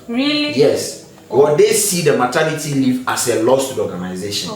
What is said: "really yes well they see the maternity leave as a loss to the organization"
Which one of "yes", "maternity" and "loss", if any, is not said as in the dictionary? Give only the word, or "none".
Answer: maternity